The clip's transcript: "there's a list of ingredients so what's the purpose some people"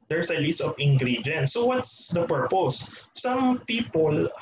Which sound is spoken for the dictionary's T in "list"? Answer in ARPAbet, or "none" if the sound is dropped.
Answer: none